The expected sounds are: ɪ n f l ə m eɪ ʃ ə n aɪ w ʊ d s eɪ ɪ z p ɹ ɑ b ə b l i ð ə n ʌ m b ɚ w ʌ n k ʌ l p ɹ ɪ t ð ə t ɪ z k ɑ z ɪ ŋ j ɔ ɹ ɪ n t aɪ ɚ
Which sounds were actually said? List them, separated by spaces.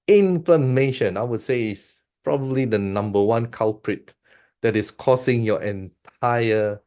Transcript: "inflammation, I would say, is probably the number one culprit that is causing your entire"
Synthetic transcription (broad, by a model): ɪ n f l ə m eɪ ʃ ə n aɪ w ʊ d s eɪ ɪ s p ɹ ɑ b ə b l i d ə n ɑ m b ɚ w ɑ n k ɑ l p ɹ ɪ t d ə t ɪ s k ɑ s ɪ ŋ j ɔ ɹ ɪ n t aɪ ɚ